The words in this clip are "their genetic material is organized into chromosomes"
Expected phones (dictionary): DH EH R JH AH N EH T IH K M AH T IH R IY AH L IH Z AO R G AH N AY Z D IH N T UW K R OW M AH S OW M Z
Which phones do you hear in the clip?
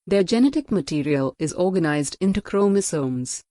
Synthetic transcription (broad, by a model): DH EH JH AH N EH T IH K M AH T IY R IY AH L IH Z AO R G AH N AY Z D IH N T UW K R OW M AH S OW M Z